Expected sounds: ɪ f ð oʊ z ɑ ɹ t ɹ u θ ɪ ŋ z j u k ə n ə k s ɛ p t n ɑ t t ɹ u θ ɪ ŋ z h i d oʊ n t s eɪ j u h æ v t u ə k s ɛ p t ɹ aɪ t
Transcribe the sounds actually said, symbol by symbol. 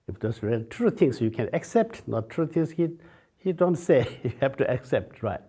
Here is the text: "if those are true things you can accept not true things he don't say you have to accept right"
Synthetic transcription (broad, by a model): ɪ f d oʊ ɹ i l t ɹ u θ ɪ ŋ s j u k ə n ə k s ɛ p t n ɑ t t ɹ u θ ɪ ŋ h h i d oʊ n t s eɪ j u h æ f t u ə k s ɛ p t ɹ aɪ t